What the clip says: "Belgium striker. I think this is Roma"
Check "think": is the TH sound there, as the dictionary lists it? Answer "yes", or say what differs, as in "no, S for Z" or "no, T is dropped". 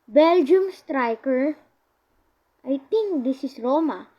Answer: no, T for TH